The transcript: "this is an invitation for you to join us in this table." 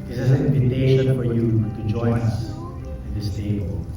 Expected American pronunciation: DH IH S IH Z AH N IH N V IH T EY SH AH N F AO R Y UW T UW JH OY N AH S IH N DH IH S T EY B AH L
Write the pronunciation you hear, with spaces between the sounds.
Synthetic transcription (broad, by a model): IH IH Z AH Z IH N IH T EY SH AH F AO R Y UW T UW JH OY N AH S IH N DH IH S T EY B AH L